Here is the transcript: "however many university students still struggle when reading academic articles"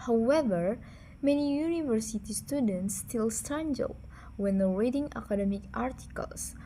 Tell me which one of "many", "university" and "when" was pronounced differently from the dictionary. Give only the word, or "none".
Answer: none